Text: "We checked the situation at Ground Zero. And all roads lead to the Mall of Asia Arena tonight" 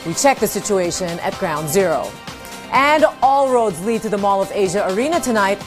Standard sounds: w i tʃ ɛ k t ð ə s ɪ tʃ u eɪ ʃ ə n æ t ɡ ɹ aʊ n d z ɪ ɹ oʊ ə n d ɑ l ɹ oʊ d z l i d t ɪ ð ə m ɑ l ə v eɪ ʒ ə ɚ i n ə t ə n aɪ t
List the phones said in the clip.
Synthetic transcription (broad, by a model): w i tʃ ɛ k ð ə s ɪ tʃ u eɪ ʃ ə n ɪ t ɡ ɹ aʊ n d z ɪ ɹ oʊ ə n ɑ l ɹ oʊ d z l i d t ɪ ð ə m ɑ l ə v eɪ ʒ ə ɚ i n ə t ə n aɪ t